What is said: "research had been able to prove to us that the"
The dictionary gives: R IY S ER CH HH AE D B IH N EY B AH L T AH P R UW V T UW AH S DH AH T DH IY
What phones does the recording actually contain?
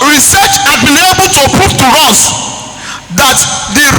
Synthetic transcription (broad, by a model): R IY S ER CH HH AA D B IH N EY B AH L T AH P UW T T UW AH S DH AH T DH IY